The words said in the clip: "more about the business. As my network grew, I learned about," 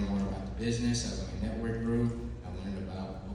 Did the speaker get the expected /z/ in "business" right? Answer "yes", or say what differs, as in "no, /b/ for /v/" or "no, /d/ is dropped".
yes